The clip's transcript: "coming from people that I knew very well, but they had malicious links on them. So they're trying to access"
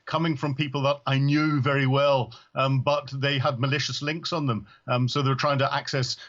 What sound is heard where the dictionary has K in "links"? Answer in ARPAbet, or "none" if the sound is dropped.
K